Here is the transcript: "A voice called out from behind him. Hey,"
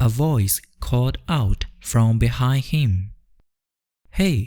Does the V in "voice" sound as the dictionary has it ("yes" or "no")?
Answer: yes